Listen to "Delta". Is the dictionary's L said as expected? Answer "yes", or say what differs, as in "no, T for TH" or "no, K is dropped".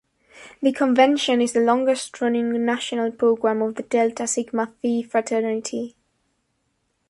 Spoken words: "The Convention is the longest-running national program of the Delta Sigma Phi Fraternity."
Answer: yes